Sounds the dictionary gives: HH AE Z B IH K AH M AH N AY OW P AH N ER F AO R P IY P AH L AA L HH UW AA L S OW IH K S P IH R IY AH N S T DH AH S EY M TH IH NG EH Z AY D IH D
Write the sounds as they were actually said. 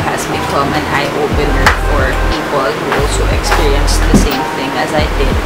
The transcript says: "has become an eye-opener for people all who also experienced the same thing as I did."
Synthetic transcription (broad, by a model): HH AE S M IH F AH M AH N AY OW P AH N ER F AO R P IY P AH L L HH UW AA L S OW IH K S P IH R IY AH N S DH AH S EY M TH IH NG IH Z AY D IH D